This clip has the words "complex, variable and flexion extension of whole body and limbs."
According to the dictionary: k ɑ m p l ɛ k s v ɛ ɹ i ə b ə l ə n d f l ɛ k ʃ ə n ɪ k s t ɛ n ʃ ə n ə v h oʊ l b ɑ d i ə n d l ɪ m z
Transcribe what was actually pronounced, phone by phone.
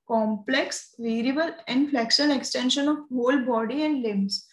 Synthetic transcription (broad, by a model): k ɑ m p l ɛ k s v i ɹ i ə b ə l ə n d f l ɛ k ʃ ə l ɪ k s t ɛ n ʃ ə n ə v h oʊ l b ɑ d i ə n d l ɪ m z